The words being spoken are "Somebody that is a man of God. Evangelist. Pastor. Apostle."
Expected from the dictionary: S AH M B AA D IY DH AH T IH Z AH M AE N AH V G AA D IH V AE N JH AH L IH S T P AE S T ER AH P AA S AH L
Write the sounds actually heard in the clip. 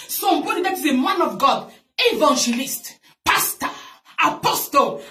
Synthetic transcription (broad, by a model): S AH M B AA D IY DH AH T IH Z AH M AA N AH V G AA D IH V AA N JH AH L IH S T P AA S T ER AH P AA S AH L